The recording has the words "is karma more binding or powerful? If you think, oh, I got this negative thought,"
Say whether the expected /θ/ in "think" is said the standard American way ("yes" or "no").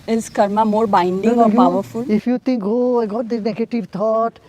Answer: no